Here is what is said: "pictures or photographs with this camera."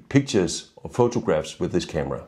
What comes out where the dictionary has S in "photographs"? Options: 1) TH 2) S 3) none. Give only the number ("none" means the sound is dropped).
2